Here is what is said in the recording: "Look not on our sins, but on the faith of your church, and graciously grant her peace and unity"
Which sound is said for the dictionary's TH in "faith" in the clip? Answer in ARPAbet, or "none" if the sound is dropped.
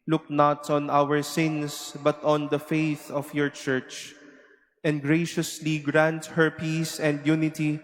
TH